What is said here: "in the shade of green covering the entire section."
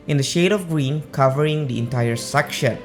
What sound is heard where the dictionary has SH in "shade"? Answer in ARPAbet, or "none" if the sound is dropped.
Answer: SH